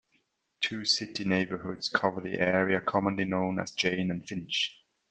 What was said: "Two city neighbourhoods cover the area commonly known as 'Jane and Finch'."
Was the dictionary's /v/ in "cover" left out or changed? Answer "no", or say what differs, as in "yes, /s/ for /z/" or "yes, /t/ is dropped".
no